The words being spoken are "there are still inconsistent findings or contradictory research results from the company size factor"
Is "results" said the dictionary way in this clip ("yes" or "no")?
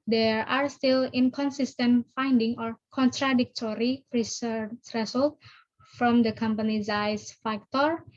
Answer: no